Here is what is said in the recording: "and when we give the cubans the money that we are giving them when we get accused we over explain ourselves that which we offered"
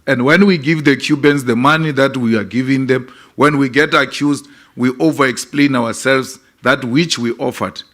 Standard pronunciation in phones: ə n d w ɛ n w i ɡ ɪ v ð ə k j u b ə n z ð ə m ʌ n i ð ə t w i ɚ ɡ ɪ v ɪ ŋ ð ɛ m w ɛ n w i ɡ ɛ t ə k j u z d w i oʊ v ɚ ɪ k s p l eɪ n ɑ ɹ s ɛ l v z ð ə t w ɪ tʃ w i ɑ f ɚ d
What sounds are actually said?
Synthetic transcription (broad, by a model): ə n d w ɛ n w i ɡ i v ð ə k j u b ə n s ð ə m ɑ n i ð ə t w i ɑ ɡ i v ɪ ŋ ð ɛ m w ɛ n w i ɡ ɛ t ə k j u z d w i oʊ v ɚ ɪ k s p l eɪ n ɑ w s ɛ l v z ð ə t w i tʃ w i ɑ f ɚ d